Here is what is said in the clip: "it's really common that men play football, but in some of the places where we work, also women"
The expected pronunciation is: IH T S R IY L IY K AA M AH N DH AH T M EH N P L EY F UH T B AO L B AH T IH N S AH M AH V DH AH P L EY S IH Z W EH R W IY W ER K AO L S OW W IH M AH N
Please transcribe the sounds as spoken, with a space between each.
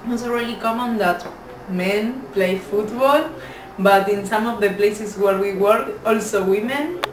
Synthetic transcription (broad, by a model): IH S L R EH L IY K AA M AH N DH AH T M EH N P L EY F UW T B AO L B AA T IH N S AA M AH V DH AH P L EY S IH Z W EH R W IY W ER K AO L S OW W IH M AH N